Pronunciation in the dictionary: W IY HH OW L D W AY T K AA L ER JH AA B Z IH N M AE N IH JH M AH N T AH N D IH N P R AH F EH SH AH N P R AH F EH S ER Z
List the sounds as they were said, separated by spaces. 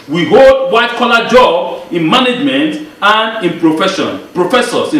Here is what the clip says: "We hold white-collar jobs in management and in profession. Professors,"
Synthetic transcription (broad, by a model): W IY HH OW L D W AY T K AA L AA JH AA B IH N M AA N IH JH M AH N T AH N D IH N P R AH F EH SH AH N P R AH F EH S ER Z